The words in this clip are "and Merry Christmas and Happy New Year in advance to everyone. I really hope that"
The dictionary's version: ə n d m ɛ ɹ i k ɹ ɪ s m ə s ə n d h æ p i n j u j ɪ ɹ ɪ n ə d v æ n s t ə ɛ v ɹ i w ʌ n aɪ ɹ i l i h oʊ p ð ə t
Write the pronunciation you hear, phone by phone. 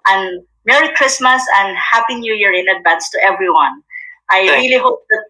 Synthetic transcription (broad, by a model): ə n m ɛ ɹ i k ɹ ɪ s m ə s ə n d h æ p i n j u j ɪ ɹ ɪ n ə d b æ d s t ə ɛ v ɹ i w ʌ n aɪ ɹ i l i h oʊ p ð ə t